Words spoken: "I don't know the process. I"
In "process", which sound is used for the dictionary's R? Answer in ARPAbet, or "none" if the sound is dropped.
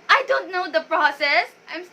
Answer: R